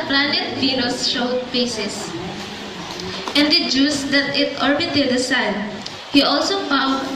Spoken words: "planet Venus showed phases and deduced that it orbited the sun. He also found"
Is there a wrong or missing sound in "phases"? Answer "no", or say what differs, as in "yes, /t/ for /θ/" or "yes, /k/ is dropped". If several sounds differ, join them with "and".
yes, /p/ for /f/ and /s/ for /z/ and /s/ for /z/